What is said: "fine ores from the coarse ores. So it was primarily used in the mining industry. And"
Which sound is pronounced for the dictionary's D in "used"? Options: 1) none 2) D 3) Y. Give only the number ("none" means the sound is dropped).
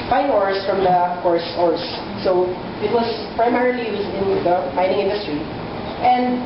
1